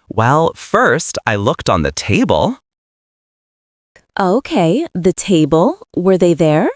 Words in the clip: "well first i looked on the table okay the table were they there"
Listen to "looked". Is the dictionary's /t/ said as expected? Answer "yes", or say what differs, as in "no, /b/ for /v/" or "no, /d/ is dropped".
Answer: yes